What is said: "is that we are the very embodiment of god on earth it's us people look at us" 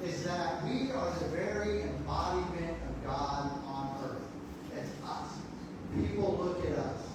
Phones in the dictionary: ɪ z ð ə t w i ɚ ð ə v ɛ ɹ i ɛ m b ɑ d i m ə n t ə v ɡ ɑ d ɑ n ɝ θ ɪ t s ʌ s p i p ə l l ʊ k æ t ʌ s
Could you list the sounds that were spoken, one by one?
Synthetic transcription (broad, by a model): ɪ z ð ə t w i ɚ ð ə v ɛ ɹ i ɛ m b ɑ d i m ə n t ə v ɡ ɑ d n ɝ θ ɪ t s ʌ s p i p l l ʊ k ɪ t ʌ s